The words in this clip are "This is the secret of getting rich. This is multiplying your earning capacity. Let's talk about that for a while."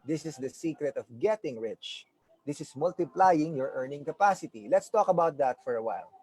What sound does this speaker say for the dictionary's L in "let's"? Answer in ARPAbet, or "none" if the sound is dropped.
L